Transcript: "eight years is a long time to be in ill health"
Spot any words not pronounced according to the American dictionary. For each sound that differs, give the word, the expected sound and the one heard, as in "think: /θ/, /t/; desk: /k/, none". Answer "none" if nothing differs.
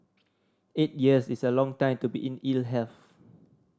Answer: is: /z/, /s/; health: /θ/, /f/